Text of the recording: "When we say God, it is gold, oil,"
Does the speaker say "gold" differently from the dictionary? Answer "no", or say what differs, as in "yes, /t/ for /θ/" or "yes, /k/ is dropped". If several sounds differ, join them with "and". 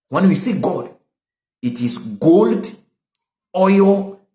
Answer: no